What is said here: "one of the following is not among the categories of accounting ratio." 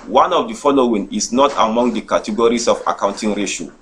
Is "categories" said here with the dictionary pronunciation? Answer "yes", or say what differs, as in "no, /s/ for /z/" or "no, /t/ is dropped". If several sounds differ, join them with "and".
no, /s/ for /z/